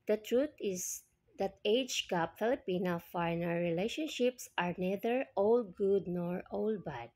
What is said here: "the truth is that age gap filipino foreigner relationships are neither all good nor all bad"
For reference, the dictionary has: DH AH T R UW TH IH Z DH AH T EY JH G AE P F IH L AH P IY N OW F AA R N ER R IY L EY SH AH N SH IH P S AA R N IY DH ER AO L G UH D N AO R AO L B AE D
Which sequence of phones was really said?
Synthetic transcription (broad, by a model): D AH T R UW T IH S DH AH T EY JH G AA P F IH L AH P IY N OW F AA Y N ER R IY L EY SH AH N SH IH P S AA R N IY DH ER AO L G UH D N AO R AO L B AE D